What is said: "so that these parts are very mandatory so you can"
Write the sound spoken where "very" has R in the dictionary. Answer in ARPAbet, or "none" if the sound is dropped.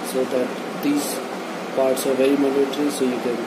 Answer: none